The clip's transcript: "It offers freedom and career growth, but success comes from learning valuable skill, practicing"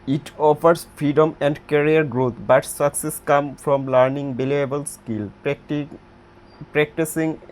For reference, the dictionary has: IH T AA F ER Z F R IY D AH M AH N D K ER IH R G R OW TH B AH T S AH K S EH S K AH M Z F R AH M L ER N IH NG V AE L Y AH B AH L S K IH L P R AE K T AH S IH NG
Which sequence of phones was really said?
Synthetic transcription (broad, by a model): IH T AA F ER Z F R IY D AH M AH N D K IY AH R G R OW T B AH T S AH K S EH S K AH M F R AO M L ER N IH NG B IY L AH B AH L S K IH L P R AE K T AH S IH NG